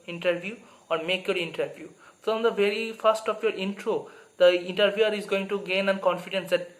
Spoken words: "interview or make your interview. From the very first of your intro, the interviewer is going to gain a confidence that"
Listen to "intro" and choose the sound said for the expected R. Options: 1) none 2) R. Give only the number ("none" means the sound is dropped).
2